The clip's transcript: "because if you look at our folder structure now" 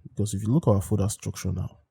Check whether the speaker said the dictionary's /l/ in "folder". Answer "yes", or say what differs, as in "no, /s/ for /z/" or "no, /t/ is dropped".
no, /l/ is dropped